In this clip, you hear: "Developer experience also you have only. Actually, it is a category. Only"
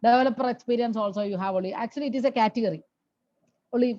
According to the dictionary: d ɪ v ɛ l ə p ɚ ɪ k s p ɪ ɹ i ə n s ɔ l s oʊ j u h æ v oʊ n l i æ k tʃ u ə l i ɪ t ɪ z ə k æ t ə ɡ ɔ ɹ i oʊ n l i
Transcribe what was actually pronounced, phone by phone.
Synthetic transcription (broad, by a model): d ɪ v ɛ l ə p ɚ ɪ k s p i ɹ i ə n s ɔ l s oʊ j u h æ v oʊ l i æ k tʃ u ə l i ɪ t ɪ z ə k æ t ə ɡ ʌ ɹ i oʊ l i